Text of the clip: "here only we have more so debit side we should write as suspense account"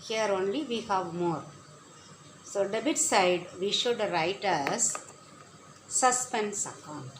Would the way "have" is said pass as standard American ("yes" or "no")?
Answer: yes